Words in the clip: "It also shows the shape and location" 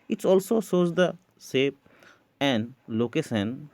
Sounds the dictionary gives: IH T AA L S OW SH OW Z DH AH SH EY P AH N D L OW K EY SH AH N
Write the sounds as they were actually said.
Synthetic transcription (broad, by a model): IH T AA L S OW S OW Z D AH S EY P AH N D L OW K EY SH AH N